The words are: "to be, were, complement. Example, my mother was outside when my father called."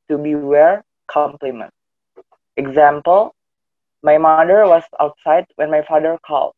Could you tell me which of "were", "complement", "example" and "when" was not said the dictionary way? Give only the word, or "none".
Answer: none